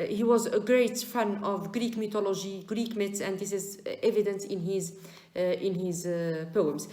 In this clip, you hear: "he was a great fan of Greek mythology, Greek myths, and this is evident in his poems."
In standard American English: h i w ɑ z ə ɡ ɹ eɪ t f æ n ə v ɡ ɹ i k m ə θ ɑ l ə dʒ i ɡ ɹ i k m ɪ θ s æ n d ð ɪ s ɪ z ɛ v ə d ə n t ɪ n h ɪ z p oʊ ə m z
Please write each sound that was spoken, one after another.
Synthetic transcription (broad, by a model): h i w ɑ z ə ɡ ɹ eɪ t f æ n ə v ɡ ɹ i k m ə t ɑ l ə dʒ i ɡ ɹ i k m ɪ t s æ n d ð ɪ s ɪ z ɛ v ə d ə n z ɪ n h ɪ z p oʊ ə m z